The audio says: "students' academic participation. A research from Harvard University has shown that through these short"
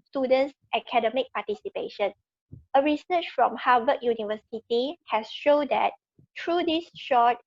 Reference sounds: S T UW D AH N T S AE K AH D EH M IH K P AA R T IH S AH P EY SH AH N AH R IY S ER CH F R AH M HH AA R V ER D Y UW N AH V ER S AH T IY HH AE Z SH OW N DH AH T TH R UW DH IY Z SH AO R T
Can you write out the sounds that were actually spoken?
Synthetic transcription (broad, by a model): S T UW D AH N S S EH K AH D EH M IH K P AA T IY S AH P EY SH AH N AH R IY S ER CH F R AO M HH AA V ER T Y UW N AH V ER S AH T IY HH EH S SH OW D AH T T R UW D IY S SH AO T